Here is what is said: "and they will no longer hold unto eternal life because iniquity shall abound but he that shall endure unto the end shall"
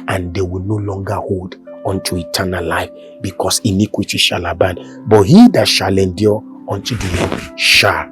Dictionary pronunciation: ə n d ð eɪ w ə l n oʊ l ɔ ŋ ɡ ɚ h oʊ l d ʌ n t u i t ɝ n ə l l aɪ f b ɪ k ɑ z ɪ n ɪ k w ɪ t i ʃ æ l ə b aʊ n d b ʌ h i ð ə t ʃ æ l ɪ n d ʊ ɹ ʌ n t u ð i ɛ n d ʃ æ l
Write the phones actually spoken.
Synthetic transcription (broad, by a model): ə n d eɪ w ə l n oʊ l ɔ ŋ ɡ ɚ h oʊ l d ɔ n t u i t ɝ n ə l l aɪ f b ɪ k ɑ s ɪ n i k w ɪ t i ʃ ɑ l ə b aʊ n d b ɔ h i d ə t ʃ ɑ l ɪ n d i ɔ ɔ n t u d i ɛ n ʃ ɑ